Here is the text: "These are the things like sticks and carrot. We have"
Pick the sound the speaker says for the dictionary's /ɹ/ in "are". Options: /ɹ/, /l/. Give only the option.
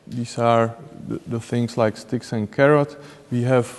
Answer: /ɹ/